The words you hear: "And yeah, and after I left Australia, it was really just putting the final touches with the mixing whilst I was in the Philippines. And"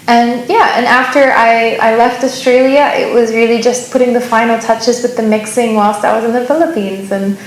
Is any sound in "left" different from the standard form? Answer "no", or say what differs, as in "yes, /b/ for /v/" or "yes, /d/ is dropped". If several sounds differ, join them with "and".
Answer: no